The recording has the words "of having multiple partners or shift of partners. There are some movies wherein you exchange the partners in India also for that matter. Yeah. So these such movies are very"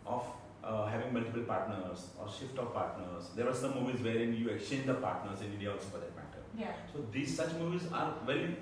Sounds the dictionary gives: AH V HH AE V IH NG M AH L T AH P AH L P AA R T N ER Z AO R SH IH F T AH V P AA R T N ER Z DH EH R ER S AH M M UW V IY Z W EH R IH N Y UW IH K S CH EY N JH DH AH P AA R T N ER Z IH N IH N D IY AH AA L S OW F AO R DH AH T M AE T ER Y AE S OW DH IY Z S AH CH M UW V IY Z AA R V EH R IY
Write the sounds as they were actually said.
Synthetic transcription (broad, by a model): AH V HH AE V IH NG M AH L T AH P AH L P AA R T N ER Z AO R SH IH F T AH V P AA R T N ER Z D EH R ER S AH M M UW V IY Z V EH R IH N Y UW IH K S CH EY N JH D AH P AA R T N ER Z IH N IH N D IY AH AA L S OW F AO R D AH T M AE T ER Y S OW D IY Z S AH CH M UW V IY Z AA R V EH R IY